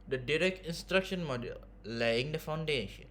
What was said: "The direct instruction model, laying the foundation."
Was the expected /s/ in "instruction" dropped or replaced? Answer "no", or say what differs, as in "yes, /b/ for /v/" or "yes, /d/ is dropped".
no